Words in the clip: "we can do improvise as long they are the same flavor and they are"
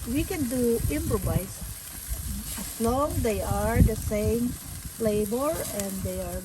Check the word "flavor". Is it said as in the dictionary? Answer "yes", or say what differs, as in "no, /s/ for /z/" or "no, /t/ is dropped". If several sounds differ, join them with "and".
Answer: no, /b/ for /v/